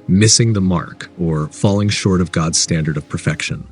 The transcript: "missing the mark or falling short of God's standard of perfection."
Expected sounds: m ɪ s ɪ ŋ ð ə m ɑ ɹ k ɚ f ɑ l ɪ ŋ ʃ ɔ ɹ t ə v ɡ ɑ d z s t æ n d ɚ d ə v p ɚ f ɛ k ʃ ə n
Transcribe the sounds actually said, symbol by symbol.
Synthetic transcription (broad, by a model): m ɪ s ɪ ŋ ð ə m ɑ ɹ k ɚ f ɑ l ɪ ŋ ʃ ɔ ɹ t ə v ɡ ɑ d z s t æ n d ɚ d ə v p ɚ f ɛ k ʃ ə n